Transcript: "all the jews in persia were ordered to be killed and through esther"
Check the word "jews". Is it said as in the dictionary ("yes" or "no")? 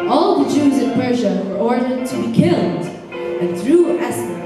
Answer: yes